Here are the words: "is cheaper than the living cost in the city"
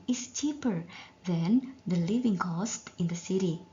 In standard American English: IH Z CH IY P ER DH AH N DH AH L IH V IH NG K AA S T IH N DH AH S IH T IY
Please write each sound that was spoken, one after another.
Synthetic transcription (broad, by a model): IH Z CH IY P ER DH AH N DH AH L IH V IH NG K AA S T IH N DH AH S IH T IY